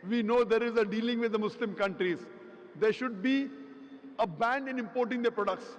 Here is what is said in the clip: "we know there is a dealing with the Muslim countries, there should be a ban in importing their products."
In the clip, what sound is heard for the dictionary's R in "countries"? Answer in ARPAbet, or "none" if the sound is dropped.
R